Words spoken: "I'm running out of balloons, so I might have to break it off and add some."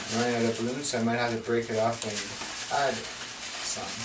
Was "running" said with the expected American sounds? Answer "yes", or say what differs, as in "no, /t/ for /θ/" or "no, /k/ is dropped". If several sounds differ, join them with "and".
no, /n/ is dropped